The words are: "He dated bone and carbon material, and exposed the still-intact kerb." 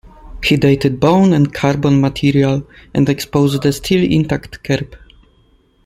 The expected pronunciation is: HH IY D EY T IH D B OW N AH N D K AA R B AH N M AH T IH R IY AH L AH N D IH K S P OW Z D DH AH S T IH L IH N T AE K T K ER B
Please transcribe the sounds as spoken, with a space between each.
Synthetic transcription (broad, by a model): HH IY D EY T IH D B OW N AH N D K AA R B AH N M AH T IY R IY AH L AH N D IH K S P OW Z D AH S T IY L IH N T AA K T K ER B